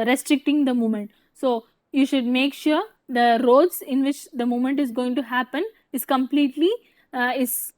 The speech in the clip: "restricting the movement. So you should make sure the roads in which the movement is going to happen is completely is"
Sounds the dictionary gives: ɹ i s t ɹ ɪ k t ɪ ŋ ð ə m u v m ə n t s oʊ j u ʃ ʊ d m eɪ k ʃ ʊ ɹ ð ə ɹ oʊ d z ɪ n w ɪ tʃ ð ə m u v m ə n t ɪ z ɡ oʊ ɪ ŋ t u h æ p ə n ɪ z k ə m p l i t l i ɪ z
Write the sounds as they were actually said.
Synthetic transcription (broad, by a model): ɹ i s t ɹ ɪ k t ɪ ŋ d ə m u m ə n t s oʊ j u ʃ ʊ d m eɪ k ʃ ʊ ɹ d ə ɹ oʊ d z ɪ n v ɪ tʃ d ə m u m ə n t ɪ z ɡ oʊ ɪ ŋ t u h æ p ə n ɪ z k ə m p l i t l i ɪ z